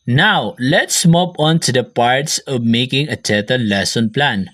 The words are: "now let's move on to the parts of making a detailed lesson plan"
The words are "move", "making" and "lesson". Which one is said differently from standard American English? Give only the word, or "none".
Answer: move